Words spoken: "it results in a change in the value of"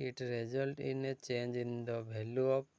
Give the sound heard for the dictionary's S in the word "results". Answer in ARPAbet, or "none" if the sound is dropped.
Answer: none